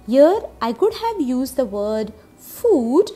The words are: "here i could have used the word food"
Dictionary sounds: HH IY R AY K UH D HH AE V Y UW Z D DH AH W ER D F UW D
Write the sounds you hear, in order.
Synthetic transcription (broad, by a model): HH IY R AY K UH D HH AE V Y UW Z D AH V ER D F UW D